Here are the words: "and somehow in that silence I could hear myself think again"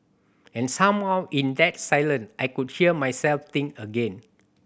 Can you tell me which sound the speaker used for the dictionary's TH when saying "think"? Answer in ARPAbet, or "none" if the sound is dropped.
T